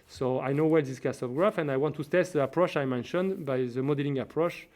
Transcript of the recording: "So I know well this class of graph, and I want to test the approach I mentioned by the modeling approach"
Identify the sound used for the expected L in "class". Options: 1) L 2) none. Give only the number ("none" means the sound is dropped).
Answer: 2